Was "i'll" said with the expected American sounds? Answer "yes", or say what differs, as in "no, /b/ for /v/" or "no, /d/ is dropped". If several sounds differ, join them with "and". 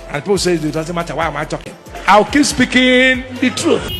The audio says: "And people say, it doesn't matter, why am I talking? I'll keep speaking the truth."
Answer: no, /w/ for /l/